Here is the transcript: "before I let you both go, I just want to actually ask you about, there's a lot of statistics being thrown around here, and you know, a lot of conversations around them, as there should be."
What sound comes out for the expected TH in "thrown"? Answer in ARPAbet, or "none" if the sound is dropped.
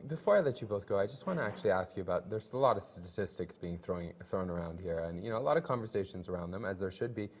TH